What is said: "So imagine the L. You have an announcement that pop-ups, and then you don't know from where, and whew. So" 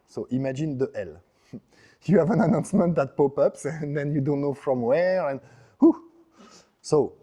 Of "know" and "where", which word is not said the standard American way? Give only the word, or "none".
none